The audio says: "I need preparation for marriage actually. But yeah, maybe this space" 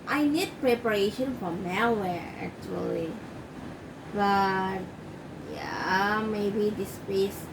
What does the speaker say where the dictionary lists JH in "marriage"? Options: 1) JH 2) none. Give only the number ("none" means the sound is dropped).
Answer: 2